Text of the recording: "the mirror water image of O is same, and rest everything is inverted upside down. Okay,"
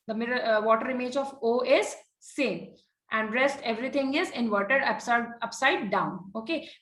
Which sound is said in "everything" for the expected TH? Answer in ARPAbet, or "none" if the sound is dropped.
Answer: T